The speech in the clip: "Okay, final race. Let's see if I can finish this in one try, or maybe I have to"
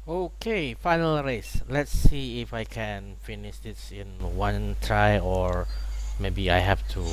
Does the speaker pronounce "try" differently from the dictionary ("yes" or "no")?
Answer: no